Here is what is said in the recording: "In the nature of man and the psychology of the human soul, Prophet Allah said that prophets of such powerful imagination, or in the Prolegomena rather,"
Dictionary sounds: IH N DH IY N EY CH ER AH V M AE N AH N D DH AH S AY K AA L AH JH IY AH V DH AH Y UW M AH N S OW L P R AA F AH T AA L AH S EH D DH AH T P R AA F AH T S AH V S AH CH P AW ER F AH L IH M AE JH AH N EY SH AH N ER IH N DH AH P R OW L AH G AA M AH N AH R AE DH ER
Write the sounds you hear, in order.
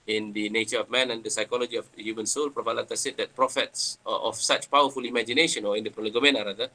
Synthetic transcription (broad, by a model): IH N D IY N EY CH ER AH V M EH N AH N D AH S AY K AA L AH JH IY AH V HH Y UW M AH N S OW L P R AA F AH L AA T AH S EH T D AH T P R AA F AH T S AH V S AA CH P AW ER F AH L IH M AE JH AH N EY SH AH N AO IH N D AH P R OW L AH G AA M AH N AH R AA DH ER